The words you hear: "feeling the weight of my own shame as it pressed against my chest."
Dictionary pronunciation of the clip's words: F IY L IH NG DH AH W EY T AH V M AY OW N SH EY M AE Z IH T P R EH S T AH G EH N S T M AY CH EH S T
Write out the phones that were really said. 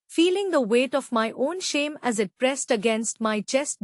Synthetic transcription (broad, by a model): F IY L IH NG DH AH W EY T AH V M AY OW N SH EY M AE Z IH T P R EH S T AH G EH N S T M AY CH EH S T